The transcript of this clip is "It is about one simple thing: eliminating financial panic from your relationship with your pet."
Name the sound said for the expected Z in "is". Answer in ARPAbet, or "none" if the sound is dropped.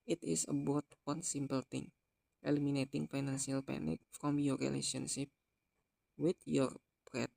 S